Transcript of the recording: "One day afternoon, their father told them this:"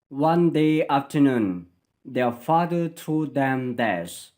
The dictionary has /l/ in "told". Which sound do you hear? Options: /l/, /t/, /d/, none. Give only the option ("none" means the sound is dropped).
none